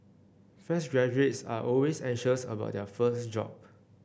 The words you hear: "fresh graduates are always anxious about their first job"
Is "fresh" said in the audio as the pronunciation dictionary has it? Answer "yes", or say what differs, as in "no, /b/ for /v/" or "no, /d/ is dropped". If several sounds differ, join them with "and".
no, /ɹ/ is dropped and /s/ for /ʃ/